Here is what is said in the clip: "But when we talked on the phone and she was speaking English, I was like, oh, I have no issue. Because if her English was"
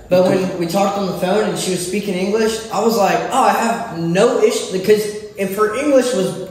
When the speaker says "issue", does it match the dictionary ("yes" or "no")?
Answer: yes